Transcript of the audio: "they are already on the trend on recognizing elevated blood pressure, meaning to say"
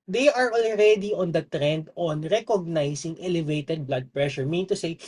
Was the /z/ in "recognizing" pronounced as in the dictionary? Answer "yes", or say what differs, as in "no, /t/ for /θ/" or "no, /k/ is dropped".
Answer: no, /s/ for /z/